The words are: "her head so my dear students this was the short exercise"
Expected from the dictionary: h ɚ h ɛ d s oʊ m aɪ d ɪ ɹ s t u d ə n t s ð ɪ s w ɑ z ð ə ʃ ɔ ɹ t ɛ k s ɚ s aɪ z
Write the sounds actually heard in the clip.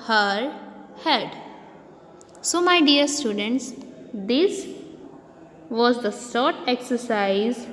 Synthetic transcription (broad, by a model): h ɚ h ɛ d s oʊ m aɪ d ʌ ɹ s t u d ə n t s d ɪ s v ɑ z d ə s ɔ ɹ t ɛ k s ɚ s aɪ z